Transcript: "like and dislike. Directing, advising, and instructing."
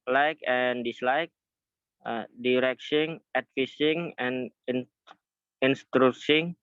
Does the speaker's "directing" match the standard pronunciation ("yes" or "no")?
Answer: no